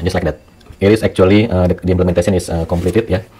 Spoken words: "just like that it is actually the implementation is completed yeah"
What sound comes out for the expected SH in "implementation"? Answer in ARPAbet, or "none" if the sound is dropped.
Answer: S